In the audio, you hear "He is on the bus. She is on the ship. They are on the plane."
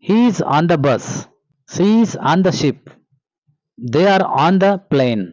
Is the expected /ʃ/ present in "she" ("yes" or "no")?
no